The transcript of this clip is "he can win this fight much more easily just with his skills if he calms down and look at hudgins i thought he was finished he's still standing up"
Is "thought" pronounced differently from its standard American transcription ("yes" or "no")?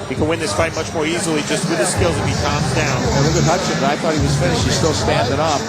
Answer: no